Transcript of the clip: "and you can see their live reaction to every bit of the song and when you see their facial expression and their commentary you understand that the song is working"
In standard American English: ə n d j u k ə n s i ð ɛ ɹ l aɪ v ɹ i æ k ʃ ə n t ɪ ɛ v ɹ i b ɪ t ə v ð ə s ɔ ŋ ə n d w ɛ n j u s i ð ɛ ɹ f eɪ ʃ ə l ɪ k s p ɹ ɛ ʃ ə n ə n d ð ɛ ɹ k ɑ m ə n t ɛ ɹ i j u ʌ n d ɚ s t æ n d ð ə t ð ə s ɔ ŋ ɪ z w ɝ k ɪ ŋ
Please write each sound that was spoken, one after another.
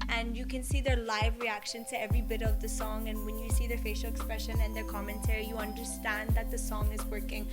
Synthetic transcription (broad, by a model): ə n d j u k ə n s i ð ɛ ɹ l aɪ v ɹ i æ k ʃ ə n t ɪ ɛ v ɹ i b ɪ t ə v ð ə s ɔ ŋ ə n w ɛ n j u s i ð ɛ ɹ f eɪ ʃ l ɪ k s p ɹ ɛ ʃ ə n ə n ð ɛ ɹ k ɑ m ə n t ɛ ɹ i j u ʌ n d ɚ s t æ n ð ə t ð ə s ɔ ŋ ɪ z w ɝ k ɪ ŋ